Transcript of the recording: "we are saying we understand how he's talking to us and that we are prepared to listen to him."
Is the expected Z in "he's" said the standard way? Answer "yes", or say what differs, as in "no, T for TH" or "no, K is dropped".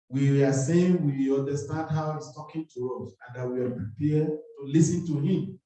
no, S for Z